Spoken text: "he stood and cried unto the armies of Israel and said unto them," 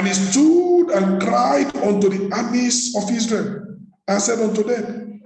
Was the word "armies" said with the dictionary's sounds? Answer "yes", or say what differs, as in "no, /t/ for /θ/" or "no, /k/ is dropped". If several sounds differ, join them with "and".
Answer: no, /s/ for /z/